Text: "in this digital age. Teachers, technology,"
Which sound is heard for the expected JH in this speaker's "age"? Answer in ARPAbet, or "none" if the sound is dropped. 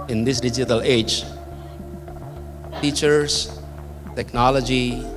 JH